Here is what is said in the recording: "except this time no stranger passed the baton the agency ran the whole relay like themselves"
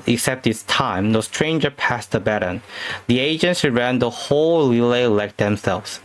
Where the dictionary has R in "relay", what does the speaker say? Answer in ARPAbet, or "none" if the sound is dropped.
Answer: L